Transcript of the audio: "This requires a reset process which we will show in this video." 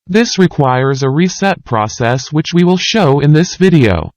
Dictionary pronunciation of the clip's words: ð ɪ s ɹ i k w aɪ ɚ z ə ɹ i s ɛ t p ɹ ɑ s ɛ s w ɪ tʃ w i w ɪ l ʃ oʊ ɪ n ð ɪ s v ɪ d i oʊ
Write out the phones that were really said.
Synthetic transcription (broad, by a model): ð ɪ s ɹ i k w aɪ ɚ z ə ɹ i s ɛ t p ɹ ɑ s ɛ s w ɪ tʃ w i w ɪ l ʃ oʊ ɪ n ð ɪ s v ɪ d i oʊ